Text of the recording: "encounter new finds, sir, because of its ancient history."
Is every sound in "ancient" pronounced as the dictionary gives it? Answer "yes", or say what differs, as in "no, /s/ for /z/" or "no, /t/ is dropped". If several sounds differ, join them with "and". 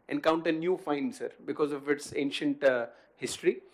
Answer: yes